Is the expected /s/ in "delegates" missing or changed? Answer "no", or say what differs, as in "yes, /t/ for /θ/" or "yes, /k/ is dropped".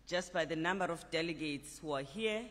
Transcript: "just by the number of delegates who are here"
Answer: no